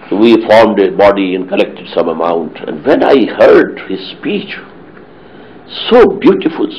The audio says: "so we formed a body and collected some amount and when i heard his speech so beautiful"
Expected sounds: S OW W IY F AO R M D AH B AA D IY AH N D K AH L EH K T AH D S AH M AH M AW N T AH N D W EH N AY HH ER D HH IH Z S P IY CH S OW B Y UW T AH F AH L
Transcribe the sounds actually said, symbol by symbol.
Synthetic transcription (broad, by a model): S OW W IY F AO R M D AH B AA D IY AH N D K AH L EH K T AH D S AH M AH M AW N T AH N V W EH N AY HH ER D HH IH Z S P IY CH S OW B Y UW T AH F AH L